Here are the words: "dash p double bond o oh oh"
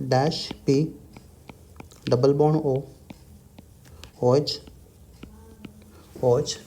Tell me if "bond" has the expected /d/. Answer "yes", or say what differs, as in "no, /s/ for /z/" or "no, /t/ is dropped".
no, /d/ is dropped